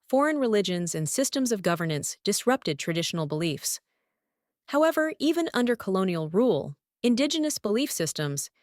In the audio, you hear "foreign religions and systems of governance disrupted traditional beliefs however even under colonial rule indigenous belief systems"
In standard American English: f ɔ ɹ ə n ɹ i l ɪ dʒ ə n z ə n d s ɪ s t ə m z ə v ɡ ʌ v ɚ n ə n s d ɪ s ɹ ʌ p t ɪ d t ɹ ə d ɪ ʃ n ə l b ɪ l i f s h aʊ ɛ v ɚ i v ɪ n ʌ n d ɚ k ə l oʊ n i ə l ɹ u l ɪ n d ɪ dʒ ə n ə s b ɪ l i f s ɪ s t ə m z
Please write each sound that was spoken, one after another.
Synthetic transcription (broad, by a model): f ɔ ɹ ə n ɹ i l ɪ dʒ ə n z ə n s ɪ s t ə m z ə v ɡ ʌ v ɚ n ə n s d ɪ s ɹ ʌ p t ɪ d t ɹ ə d ɪ ʃ n l b ɪ l i f s h aʊ ɛ v ɚ i v ɪ n ʌ n d ɚ k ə l oʊ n i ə l ɹ u l ɪ n d ɪ dʒ ə n ə s b ɪ l i f s ɪ s t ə m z